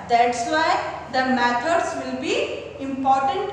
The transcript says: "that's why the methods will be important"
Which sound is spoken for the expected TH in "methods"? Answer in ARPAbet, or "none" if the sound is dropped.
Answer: T